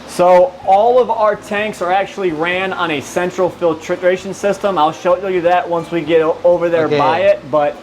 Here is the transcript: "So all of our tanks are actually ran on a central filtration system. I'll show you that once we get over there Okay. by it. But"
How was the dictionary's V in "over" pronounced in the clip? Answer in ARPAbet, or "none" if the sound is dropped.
V